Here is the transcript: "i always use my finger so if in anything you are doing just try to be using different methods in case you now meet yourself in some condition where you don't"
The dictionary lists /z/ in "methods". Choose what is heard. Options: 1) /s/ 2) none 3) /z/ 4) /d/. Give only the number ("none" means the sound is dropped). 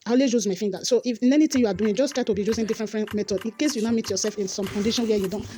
2